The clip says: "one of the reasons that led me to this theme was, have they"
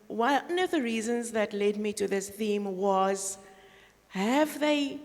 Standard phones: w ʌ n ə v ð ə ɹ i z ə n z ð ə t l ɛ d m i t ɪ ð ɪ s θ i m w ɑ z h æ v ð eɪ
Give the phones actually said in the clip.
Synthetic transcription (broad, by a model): w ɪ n ə v ð ə ɹ i z ə n z ð ə t l ɛ d m i t ɪ ð ɪ s θ i m w ɑ z h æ v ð eɪ